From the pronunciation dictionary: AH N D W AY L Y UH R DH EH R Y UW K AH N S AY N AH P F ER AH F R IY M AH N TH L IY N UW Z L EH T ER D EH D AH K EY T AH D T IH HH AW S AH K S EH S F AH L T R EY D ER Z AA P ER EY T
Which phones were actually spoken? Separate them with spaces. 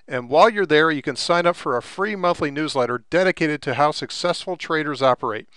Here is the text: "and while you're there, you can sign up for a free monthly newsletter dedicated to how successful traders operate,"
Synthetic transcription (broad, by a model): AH N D W AY L Y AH R DH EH R Y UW K AH N S AY N AH P F ER AH F R IY M AH N TH L IY N UW Z L EH T ER D EH D AH K EY T AH D T IH HH AW S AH K S EH S F L T R EY D ER Z AA P ER EY T